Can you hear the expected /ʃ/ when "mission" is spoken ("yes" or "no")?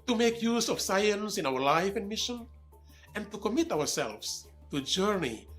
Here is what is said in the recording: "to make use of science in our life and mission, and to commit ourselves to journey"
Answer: yes